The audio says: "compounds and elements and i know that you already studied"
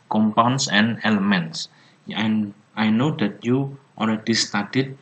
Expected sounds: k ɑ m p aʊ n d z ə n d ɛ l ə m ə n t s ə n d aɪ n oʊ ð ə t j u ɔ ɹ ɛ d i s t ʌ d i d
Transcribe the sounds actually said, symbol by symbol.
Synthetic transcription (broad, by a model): k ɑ m p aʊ n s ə n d ɛ l ə m ə n t s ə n aɪ n oʊ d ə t j u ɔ l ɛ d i s t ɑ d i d